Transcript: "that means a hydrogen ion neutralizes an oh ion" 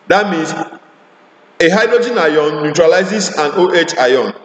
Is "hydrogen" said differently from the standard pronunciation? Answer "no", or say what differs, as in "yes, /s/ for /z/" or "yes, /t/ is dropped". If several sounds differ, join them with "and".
no